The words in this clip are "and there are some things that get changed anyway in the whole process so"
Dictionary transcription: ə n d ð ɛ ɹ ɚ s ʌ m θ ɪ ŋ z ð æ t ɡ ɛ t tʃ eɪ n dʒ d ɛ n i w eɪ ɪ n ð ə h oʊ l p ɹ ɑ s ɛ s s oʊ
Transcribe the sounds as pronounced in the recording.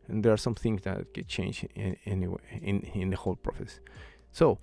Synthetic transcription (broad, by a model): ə n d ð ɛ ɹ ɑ s ʌ m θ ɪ ŋ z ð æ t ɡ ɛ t tʃ eɪ n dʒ ɛ n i w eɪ ɪ n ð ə h oʊ l p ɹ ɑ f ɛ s s oʊ